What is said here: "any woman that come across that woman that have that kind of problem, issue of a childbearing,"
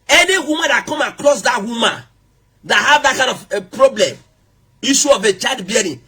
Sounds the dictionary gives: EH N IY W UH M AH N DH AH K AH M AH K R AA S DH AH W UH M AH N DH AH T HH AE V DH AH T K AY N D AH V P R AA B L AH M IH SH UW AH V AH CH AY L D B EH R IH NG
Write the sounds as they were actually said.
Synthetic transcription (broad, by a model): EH N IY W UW M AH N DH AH K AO M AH K L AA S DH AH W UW M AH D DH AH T HH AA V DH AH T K AY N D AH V P R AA B L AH M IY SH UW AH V AH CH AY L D B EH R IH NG